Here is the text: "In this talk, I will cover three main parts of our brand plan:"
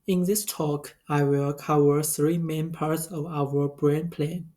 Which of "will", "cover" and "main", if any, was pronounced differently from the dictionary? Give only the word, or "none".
cover